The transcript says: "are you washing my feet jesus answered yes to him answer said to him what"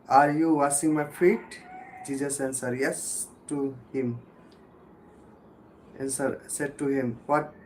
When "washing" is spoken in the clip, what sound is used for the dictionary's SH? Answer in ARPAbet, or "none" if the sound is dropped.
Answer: S